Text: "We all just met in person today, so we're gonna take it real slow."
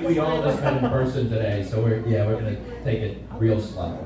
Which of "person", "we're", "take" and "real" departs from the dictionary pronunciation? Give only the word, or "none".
none